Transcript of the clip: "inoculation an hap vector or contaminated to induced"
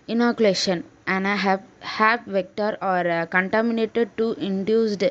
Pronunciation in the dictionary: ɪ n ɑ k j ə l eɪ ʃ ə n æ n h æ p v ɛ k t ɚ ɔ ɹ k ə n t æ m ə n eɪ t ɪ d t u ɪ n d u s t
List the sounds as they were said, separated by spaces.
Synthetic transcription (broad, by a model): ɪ n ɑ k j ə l eɪ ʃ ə n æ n h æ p v ɛ k t ɚ ɔ ɹ k ə n t æ m ə n eɪ t ɪ d t u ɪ n d u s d